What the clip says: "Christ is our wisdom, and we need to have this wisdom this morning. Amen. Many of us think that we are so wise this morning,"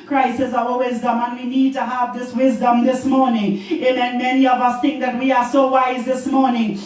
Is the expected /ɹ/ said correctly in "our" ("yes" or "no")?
no